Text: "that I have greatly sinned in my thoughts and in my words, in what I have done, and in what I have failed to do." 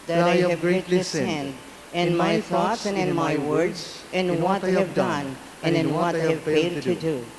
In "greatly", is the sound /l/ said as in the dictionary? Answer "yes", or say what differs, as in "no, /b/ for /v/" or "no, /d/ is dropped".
no, /l/ is dropped